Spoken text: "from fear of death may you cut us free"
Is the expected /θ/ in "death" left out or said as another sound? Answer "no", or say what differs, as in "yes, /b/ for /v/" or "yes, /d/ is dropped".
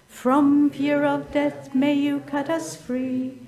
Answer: no